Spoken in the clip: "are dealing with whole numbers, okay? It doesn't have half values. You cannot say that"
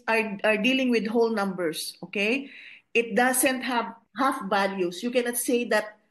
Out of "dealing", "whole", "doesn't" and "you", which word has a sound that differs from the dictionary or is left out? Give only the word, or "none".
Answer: doesn't